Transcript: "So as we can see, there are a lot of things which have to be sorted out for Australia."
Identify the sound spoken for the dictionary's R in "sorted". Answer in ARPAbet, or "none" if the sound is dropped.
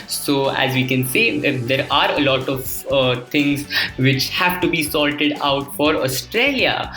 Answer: L